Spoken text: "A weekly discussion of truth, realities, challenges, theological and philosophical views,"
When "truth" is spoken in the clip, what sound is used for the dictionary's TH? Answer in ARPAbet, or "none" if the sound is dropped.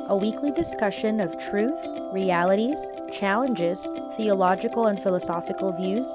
TH